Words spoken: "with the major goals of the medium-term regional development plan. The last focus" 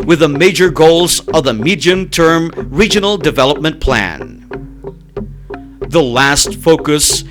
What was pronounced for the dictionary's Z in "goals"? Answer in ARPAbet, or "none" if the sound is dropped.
Z